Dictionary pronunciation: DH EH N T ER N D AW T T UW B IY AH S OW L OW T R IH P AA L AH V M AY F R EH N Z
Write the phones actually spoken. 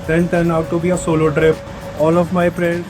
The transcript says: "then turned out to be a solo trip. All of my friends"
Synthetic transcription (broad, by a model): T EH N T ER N AW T T UW B IY AH S OW L OW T R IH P AA L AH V M AY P R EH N